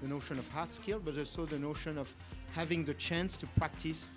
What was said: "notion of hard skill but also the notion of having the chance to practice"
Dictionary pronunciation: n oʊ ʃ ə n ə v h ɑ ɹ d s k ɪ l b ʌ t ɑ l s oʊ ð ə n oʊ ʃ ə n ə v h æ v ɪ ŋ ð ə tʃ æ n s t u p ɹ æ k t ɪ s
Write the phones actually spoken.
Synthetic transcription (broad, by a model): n oʊ ʃ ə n ə v h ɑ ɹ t s k ɪ l b ʌ t ɑ l s oʊ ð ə n oʊ ʃ ə n ə v h æ v ɪ ŋ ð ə tʃ æ n s t u p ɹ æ k t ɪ s